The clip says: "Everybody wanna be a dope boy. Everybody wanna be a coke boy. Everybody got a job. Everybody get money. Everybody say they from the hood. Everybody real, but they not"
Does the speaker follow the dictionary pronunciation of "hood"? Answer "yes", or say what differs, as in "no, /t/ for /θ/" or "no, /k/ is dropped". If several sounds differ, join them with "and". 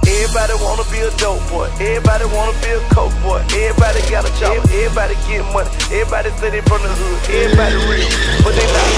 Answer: no, /d/ is dropped